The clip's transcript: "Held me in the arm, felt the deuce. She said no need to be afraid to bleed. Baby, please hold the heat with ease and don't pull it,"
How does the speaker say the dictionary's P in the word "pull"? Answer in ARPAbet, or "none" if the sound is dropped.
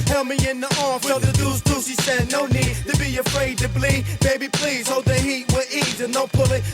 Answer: P